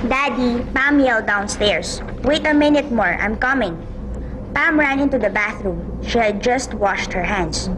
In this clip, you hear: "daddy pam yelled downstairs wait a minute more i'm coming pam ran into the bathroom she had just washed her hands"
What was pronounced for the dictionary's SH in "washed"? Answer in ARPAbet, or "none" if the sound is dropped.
SH